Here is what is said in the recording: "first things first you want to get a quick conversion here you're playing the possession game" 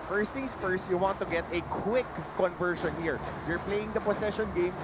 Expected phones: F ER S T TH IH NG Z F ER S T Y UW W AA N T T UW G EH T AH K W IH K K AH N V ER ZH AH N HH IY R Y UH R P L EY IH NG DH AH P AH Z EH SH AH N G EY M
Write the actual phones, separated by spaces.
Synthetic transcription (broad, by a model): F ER S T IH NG S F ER S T Y UW W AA N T T UW G EH T AH K W IH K K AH N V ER SH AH N HH IY R Y UH R P L EY IH NG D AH P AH S EH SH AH N G EY M